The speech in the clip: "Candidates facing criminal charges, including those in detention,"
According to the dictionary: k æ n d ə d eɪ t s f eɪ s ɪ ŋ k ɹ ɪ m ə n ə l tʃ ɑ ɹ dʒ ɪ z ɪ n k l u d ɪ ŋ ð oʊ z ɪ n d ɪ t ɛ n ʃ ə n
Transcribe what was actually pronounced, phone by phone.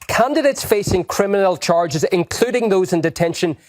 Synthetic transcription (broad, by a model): k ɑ n d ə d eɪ t s f eɪ s ɪ ŋ k ɹ ɪ m ə n ə l tʃ ɑ ɹ dʒ ɪ z ɪ n k l u d ɪ ŋ ð oʊ z ɪ n d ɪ t ɛ n ʃ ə n